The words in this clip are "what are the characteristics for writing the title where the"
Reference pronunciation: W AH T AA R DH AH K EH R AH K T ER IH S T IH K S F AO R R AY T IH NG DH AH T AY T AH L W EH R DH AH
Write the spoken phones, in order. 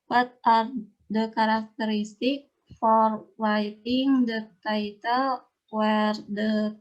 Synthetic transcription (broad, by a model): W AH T AA R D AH K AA R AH K T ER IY S T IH K F AO R W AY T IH NG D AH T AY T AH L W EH R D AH